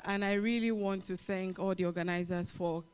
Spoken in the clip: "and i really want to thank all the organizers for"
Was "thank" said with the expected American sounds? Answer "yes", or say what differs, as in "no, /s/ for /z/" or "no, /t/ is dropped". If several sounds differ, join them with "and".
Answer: yes